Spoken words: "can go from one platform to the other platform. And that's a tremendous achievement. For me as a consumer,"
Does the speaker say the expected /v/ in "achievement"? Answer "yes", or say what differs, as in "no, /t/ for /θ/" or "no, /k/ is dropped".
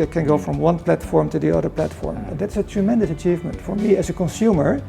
yes